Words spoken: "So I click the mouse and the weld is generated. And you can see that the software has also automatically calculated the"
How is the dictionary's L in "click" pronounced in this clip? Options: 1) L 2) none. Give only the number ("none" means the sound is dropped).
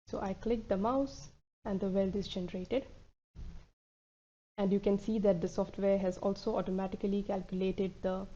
1